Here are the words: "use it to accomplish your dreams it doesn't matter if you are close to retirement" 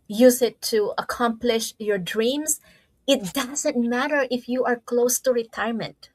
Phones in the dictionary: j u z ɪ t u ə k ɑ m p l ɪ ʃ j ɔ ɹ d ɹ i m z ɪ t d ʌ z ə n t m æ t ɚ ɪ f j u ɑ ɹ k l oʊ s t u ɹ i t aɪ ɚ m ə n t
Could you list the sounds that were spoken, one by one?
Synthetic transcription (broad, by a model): j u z ɪ t u ə k ɑ m p l ɪ ʃ j ɔ ɹ d ɹ i m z ɪ t d ʌ z ə n t m æ t ɚ ɪ f j u ɑ ɹ k l oʊ s t u ɹ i t aɪ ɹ m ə n t